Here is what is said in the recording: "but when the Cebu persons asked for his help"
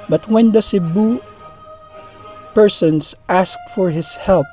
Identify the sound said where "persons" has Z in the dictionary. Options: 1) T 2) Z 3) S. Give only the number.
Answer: 3